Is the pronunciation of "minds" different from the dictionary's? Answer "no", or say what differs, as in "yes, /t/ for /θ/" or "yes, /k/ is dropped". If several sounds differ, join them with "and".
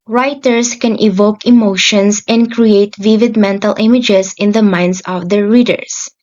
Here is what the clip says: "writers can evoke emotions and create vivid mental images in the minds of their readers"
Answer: yes, /s/ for /z/